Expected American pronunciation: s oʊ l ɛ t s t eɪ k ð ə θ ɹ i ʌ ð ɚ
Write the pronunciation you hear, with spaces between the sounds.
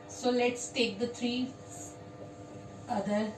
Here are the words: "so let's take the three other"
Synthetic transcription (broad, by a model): s oʊ l ɛ t s t eɪ k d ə t ɹ i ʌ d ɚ